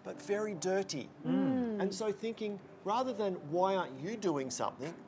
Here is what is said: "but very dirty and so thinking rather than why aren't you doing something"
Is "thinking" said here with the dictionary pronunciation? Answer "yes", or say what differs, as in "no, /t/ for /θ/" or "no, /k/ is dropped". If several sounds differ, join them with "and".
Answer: yes